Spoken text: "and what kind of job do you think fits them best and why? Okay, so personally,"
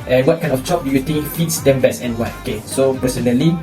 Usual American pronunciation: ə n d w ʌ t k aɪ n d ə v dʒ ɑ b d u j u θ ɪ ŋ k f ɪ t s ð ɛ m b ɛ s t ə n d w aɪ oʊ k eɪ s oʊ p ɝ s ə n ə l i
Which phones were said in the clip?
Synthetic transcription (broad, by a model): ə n w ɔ t k aɪ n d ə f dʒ ɑ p d u j u t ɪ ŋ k f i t s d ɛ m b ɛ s ə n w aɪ oʊ k eɪ s oʊ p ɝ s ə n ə l i